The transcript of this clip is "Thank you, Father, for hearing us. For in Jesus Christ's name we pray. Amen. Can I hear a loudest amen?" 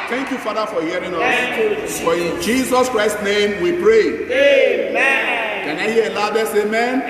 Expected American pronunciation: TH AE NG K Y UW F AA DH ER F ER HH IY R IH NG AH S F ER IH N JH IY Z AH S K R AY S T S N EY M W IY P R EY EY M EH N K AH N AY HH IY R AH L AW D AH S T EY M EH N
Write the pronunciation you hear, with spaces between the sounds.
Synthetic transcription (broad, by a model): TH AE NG K Y UW F AA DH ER F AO HH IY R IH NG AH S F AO IH N JH IY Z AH S K R AY S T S N EY M W IY P R EY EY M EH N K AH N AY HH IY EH AH L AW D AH S EY M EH N